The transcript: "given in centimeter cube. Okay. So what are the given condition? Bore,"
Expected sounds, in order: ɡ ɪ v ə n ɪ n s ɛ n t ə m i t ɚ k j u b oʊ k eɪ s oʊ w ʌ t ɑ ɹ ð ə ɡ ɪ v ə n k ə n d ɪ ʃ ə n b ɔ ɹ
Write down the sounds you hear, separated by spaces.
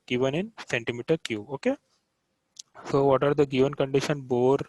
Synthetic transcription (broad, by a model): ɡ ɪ v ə n ɪ n s ɛ n t ə m i t ɚ k j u oʊ k eɪ s oʊ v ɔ t ɑ ɹ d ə ɡ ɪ v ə n k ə n d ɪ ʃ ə n b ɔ ɹ